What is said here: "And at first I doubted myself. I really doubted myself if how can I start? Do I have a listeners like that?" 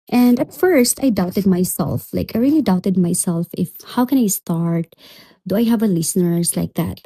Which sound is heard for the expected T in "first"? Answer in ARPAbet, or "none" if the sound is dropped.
T